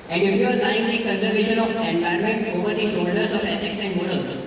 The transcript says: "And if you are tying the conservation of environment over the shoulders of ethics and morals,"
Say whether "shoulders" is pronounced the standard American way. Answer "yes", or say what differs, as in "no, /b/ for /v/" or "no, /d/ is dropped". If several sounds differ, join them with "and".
no, /s/ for /ʃ/